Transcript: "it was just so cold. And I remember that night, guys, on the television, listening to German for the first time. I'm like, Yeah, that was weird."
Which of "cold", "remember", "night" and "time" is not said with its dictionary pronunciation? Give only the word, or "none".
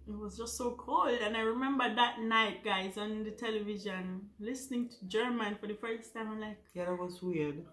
none